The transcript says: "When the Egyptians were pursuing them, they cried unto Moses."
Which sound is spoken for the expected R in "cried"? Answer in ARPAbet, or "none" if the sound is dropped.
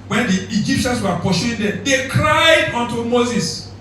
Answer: R